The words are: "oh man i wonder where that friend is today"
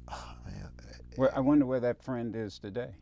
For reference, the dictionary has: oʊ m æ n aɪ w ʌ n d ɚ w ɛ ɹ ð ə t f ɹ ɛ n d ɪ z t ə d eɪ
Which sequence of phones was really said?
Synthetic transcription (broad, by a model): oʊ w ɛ l aɪ w ʌ n d ɚ w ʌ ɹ ð ə t f ɹ ɛ n d ɪ z t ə d eɪ